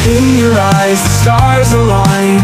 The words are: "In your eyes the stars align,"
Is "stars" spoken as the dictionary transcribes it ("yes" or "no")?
yes